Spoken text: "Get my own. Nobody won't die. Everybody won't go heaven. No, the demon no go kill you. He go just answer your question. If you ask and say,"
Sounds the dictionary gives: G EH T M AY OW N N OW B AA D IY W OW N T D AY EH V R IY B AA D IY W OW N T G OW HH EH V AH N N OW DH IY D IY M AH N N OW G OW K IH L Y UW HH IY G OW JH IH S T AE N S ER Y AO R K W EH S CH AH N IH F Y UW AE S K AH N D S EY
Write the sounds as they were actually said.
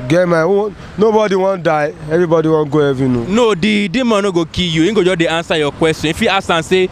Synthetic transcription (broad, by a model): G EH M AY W N OW B AA D IY W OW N D AY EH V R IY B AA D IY W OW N G OW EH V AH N N OW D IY D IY M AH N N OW G OW K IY Y UW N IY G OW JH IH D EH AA N S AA Y AO K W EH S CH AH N F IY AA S AH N S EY